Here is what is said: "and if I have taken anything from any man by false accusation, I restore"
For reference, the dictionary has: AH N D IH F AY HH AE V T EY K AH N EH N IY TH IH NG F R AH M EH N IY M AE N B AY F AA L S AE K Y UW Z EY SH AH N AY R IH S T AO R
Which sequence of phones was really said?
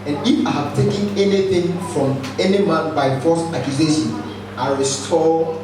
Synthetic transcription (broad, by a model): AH N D IH F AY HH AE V T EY K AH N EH N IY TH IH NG F R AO M EH N IY M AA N B AY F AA S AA K Y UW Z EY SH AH N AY R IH S T AO